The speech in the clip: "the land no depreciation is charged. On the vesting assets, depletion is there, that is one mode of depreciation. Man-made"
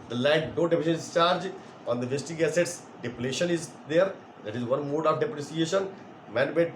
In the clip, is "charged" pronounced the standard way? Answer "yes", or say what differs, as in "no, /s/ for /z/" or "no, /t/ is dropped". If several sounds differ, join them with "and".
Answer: no, /d/ is dropped